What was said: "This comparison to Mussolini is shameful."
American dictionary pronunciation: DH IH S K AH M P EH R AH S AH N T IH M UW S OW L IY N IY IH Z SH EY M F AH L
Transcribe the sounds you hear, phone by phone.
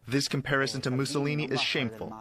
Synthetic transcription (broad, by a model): DH IH S K AH M P EH R AH S AH N T IH M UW S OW L IY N IY IH Z SH EY M F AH L